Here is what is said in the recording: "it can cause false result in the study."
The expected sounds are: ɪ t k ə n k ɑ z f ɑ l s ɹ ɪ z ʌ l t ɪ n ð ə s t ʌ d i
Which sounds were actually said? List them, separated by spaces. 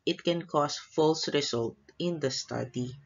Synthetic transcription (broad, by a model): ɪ t k ə n k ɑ s f ɑ l s ɹ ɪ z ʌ l t ɪ n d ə s t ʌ d i